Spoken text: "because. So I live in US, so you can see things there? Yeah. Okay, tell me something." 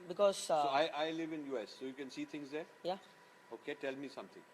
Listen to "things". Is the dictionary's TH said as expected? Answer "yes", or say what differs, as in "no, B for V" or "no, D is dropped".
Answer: no, T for TH